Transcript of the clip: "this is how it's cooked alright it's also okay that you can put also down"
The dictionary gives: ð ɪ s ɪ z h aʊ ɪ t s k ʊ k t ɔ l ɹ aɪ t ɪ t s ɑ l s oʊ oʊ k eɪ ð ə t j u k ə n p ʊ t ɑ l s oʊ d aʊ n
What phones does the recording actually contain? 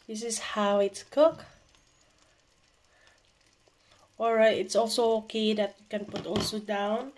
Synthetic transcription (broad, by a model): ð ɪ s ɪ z h aʊ ɪ t s k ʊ k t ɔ ɹ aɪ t ɪ t s ɑ l s oʊ oʊ k eɪ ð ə t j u k ə n p ʊ t ɑ l s oʊ d aʊ n